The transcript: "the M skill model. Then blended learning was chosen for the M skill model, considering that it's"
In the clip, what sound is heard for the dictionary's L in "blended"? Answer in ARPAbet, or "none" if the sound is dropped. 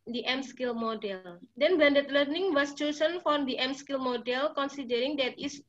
none